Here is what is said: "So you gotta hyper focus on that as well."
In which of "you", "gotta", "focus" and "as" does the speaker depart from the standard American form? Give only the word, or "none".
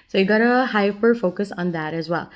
none